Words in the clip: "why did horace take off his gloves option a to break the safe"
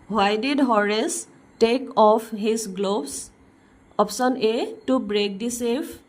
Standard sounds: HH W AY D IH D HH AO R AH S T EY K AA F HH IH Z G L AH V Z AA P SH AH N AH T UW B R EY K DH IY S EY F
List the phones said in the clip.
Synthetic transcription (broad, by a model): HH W AY D IH D HH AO R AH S T EY K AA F HH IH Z G L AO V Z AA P S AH N AH T UW B R EY K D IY S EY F